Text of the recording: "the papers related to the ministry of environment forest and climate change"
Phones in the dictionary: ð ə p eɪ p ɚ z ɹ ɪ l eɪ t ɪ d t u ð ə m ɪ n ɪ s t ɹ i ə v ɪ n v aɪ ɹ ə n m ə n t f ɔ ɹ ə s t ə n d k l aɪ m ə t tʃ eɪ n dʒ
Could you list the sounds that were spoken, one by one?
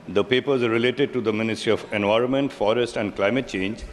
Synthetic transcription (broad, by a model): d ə p eɪ p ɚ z ɹ ɪ l eɪ t ɪ d t u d ə m ɪ n ɪ s t ɹ i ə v ɪ n v aɪ ɹ ə n m ə n t f ɔ ɹ ə s t ə n d k l aɪ m ə t tʃ eɪ n dʒ